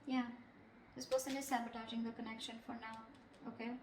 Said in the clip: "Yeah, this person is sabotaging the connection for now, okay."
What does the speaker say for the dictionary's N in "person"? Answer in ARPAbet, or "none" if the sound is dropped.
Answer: L